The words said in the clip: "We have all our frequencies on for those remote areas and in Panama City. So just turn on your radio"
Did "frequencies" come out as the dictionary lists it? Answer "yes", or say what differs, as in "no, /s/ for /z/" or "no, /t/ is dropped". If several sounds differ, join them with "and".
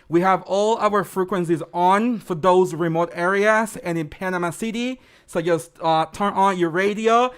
yes